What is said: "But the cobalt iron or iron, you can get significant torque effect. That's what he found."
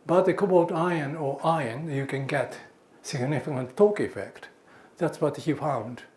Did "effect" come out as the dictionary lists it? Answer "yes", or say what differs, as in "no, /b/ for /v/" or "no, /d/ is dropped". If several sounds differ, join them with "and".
yes